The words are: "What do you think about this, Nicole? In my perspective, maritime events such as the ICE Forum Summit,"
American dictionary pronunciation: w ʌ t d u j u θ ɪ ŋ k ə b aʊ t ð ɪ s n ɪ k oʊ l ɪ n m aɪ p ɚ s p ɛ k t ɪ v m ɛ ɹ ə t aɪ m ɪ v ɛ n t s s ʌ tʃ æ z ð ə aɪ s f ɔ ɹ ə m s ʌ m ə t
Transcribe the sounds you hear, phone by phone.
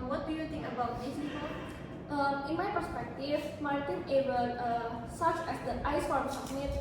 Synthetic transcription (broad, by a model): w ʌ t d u j u t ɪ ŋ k ə b aʊ t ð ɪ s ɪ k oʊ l ɪ n m aɪ p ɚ s p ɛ k t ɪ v m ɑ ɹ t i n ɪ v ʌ t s s ʌ tʃ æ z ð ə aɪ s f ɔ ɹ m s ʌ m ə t